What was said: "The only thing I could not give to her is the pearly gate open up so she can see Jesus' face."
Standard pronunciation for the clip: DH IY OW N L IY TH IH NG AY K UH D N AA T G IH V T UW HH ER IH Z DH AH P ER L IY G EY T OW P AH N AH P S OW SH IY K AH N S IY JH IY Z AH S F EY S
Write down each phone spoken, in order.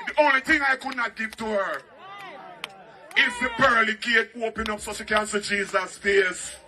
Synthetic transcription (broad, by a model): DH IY OW N L IY TH IH NG AY K UH D N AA T G IH V T UW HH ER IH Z DH AH B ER L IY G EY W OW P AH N AH P S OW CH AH K AH N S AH JH IY Z AH S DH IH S